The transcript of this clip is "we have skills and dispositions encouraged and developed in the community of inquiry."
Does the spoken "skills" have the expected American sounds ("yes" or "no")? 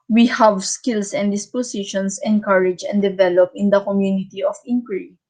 no